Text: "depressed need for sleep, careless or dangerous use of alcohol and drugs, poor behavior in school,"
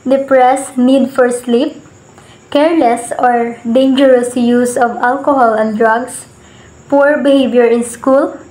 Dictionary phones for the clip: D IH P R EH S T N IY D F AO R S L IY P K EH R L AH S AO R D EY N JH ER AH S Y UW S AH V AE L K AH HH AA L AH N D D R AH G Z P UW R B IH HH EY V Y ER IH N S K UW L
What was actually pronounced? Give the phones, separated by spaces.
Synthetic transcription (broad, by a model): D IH P R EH S N IY D F AO R S L IY P K EH R L AH S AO R D EY N JH ER AH S Y UW S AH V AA L K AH HH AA L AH N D D R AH G S P UW R B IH HH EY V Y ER IH N S K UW L